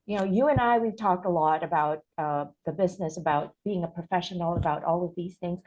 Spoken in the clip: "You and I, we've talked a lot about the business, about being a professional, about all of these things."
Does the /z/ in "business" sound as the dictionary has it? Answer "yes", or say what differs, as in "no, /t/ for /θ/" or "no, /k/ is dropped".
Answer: yes